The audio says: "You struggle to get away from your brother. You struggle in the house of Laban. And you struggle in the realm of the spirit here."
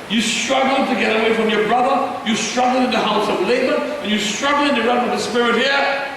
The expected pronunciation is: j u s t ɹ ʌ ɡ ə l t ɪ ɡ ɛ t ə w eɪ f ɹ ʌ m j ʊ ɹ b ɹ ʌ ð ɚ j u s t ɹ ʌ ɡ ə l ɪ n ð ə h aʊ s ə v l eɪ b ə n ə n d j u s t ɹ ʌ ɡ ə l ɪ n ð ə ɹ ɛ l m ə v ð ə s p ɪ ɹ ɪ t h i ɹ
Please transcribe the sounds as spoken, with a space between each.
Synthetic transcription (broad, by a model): j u s t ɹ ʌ ɡ l t ɪ ɡ ɛ t ə w eɪ f ɹ ʌ m j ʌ ɹ b ɹ ʌ ð ɚ j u s t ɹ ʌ ɡ l ɪ n ð ə h aʊ s ə v l eɪ b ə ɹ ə n j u s t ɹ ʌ ɡ l ɪ n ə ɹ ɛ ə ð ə s p ɪ ɹ ɪ t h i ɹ